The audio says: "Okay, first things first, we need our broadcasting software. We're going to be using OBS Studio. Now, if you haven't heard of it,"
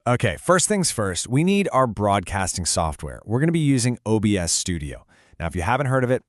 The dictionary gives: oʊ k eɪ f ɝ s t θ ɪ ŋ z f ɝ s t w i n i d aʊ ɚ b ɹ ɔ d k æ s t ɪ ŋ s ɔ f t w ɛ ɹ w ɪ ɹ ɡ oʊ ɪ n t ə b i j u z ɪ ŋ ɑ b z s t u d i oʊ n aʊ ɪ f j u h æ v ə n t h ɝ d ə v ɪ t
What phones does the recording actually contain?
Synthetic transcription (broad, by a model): oʊ k eɪ f ɝ s t θ ɪ ŋ z f ɝ s t w i n i d aʊ ɚ b ɹ ɔ d k æ s t ɪ ŋ s ɔ f t w ɛ ɹ w ɪ ɹ ɡ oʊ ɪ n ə b i j u z ɪ ŋ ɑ b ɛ s t u d i oʊ n aʊ ɪ f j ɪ h æ v ə n t h ɝ d ə v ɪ t